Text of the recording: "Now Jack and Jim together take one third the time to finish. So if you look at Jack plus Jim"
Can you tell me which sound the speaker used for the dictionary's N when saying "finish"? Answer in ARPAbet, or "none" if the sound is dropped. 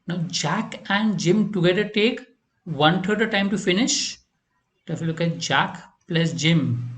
N